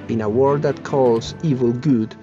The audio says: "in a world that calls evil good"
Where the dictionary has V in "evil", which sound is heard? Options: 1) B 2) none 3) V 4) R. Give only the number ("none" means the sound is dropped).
3